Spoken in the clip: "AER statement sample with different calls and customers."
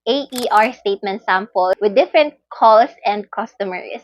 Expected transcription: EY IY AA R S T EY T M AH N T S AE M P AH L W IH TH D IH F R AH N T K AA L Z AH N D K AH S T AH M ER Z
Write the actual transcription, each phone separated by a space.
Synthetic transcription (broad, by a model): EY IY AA R S T EY T M AH N T S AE M P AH L W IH D IH F R AH N T K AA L S AH N D K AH S T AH M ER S